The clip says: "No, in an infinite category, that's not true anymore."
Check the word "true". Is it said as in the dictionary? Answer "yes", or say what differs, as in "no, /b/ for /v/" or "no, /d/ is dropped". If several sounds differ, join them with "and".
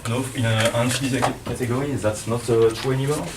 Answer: no, /ɹ/ is dropped